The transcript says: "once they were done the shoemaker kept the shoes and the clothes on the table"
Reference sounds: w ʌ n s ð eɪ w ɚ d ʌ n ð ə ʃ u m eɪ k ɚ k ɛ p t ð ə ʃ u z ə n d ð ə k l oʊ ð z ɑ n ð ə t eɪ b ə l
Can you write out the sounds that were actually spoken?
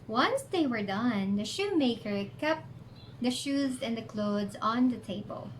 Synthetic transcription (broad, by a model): w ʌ n s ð eɪ w ɚ d ʌ n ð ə ʃ u m eɪ k ɚ k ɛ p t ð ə ʃ u z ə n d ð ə k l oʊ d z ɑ n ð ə t eɪ b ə l